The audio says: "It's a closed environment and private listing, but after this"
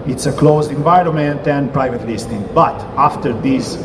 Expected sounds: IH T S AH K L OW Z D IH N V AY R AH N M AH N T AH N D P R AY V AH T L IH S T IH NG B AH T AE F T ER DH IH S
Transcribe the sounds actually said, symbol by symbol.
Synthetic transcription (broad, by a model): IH T S AH K L OW Z D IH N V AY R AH M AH N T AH N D P R AY V AH T L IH S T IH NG B AH T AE F T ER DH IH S